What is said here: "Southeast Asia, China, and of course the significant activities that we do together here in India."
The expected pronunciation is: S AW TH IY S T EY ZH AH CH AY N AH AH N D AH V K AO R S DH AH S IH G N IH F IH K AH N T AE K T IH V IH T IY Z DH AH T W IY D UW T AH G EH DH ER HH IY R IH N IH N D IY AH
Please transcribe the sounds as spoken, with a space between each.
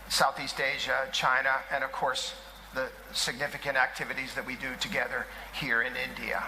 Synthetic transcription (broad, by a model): S AW TH IY S T EY ZH AH CH AY N AH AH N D AH V K AO R S DH AH S IH G N IH F IH K AH N T AE K T IH V IH T IY Z DH AH T W IY D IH T AH G EH DH ER HH IY R IH N IH N D IY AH